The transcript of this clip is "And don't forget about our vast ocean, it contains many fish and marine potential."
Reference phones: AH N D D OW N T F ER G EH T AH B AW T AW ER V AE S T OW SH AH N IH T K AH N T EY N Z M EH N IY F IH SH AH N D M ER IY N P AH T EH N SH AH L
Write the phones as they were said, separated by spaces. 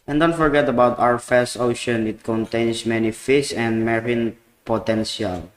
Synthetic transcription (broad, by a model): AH N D D OW N T F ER G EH T AH B AW T AW ER F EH S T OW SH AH N IH T K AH N T EY N S M EH N IY F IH S AH N D M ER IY N P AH T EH N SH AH L